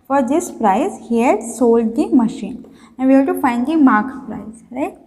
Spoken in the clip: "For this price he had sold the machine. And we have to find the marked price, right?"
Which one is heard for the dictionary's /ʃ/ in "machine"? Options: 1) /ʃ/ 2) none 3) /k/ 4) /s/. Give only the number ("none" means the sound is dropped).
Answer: 1